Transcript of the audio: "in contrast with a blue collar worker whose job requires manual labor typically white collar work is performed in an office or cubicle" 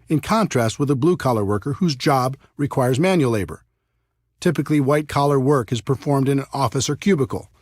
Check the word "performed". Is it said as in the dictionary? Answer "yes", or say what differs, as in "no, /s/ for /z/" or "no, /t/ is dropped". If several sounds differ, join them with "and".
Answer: yes